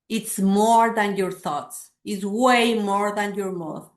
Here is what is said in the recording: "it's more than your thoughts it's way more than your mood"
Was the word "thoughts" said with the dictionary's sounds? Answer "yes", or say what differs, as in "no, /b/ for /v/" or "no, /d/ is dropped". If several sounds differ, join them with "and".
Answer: yes